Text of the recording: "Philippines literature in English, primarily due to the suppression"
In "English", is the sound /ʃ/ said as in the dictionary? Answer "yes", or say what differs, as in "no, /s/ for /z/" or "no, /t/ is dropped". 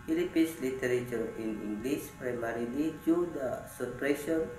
no, /s/ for /ʃ/